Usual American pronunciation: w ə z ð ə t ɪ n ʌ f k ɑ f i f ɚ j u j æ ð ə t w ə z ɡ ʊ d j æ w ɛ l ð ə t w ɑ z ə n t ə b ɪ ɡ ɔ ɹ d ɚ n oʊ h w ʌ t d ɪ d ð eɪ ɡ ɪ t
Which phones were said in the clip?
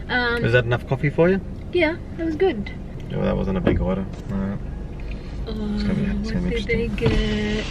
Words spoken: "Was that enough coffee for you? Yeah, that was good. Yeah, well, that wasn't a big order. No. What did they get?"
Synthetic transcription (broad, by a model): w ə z ð ə t ɪ n ʌ f k ɑ f i f ɚ j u j æ ð ə t w ə z ɡ ʊ d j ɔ ð ə t w ɑ z ə n t ə b ɪ ɡ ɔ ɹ d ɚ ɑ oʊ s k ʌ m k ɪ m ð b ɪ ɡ